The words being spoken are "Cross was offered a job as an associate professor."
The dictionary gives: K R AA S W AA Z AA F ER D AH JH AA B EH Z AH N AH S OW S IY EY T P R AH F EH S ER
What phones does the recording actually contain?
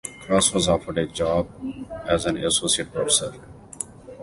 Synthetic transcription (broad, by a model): K R AA S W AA Z AA F ER D AH JH AA B EH Z AH N AH S OW S IY EY T P R AH F EH S ER